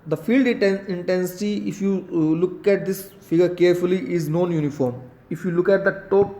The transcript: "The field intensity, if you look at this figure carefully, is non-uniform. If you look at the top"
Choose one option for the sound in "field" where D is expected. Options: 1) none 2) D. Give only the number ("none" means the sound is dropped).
2